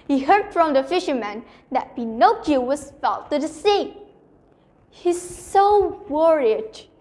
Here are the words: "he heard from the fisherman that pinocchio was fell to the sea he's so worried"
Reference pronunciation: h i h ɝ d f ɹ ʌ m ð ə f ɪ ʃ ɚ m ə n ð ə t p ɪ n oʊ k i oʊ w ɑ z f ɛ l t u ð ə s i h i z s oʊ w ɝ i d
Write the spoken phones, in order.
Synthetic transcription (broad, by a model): h i h ɝ d f ɹ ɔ m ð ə f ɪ ʃ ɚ m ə n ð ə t b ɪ n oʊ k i w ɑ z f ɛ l t u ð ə s i h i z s oʊ w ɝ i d